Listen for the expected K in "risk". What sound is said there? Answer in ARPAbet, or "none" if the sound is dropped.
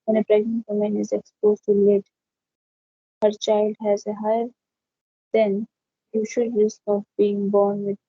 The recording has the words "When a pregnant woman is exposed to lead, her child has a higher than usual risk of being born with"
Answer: K